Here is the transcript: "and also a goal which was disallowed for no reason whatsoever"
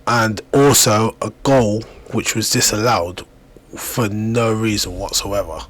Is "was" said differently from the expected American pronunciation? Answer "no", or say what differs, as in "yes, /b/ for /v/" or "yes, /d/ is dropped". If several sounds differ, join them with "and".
no